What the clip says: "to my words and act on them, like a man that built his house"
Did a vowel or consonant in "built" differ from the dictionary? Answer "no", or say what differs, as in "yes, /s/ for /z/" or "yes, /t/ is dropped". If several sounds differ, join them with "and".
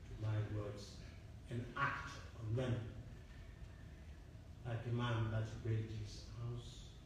yes, /l/ is dropped